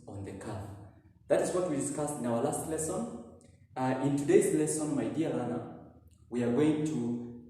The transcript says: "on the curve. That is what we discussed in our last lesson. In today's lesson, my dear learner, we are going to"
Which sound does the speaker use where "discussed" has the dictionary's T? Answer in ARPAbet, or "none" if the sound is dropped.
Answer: T